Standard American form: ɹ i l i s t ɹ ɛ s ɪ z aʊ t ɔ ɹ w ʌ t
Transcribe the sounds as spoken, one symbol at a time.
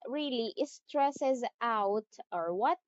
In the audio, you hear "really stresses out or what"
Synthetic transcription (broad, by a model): ɹ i l i s t ɹ ɛ s ɪ z aʊ t ɔ ɹ w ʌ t